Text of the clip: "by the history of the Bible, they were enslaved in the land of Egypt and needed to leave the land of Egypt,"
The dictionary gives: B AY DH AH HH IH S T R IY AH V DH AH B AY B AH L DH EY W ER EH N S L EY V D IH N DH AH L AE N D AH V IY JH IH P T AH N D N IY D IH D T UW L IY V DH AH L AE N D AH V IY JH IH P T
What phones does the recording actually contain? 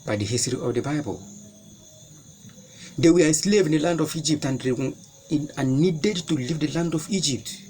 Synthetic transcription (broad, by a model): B AY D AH HH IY S T R IY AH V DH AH B AY B AH L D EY W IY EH S L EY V IH N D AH L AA N D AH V IY JH IH P T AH N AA N IY D IH D T UW L IY V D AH L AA N D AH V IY JH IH P T